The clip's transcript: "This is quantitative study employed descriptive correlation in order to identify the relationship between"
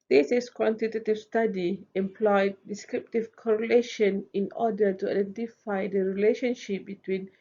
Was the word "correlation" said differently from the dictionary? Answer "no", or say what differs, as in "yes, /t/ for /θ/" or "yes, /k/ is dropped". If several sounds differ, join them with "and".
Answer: no